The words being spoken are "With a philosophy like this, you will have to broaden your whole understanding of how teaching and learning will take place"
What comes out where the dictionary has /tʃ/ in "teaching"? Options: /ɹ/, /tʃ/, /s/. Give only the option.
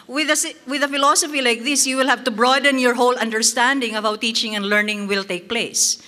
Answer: /tʃ/